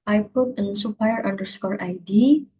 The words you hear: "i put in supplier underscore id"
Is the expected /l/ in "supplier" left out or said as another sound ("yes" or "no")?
yes